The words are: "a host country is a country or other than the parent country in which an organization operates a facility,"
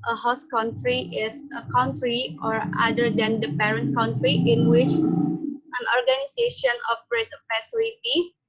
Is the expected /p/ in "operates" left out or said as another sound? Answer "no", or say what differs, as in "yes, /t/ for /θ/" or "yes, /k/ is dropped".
yes, /f/ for /p/